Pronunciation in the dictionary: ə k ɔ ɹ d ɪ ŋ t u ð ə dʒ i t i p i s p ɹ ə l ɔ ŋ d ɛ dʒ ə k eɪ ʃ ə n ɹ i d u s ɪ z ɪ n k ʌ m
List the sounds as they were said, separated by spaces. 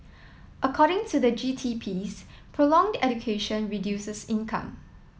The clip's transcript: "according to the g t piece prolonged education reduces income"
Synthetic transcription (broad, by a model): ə k ɔ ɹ d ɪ ŋ t u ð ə dʒ i t i p i s p ɹ ə l ɔ ŋ d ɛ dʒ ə k eɪ ʃ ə n ɹ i d u s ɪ s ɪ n k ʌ m